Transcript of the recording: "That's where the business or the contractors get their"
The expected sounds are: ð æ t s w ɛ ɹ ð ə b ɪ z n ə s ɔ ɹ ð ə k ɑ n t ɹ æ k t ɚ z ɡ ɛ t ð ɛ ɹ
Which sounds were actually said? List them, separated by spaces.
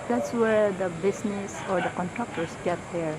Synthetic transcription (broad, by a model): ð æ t s w ɛ ɹ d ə b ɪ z n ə s ɔ ɹ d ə k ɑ n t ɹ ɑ k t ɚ s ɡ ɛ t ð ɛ ɹ